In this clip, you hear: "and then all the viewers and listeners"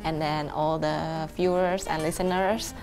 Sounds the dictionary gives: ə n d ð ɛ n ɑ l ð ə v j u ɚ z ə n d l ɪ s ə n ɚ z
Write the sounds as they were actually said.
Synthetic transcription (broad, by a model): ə n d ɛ n ɑ l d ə f j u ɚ s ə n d l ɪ s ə n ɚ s